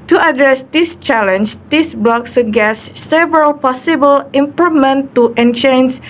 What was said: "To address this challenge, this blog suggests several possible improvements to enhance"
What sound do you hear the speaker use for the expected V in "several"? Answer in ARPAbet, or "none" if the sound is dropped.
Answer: V